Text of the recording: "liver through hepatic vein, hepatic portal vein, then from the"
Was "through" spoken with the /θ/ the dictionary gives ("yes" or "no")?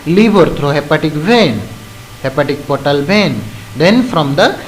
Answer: no